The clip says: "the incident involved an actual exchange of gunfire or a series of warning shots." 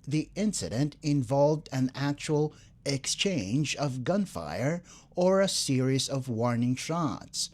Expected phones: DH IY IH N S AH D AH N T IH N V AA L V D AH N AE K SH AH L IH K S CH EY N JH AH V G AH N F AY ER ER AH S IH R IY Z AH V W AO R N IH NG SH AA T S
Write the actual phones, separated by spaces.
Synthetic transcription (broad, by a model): DH IY IH N S AH D AH N T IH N V AA L V D AH N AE K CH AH L IH K S CH EY N JH AH V G AH N F AY ER ER AH S IH R IY Z AH V W AO R N IH NG SH AA T S